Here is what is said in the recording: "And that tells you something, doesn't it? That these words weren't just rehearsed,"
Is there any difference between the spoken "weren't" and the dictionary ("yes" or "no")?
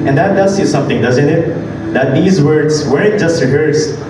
yes